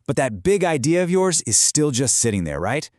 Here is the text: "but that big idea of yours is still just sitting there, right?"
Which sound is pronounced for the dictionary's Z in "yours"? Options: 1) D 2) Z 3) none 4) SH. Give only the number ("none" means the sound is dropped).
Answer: 2